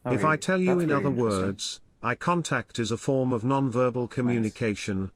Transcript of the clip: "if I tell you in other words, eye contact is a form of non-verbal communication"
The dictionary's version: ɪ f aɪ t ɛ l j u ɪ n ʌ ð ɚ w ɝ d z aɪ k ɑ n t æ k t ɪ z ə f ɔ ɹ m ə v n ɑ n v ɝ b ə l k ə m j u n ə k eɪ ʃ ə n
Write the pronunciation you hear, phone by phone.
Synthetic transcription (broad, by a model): ɪ f aɪ t ɛ l j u ɪ n ʌ ð ɚ w ɝ d z aɪ k ɑ n t æ k t ɪ z ə f ɔ ɹ m ə v n ɑ n v ɝ b ə l k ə m j u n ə k eɪ ʃ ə n